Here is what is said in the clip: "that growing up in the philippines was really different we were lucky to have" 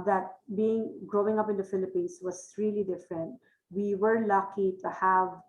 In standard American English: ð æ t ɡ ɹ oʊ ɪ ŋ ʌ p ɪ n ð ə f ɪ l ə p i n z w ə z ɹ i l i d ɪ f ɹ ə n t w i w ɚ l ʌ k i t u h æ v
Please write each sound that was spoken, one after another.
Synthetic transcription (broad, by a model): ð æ t ɡ ɹ oʊ ɪ ŋ ʌ p ɪ n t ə f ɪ l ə p i n s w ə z ɹ i l i d ɪ f ɹ ə n t w i w ɚ l ʌ k i t u h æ v